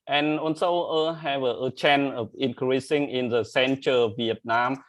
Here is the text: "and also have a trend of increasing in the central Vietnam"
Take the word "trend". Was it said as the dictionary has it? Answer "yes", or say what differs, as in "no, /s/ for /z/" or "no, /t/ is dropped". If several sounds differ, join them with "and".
no, /d/ is dropped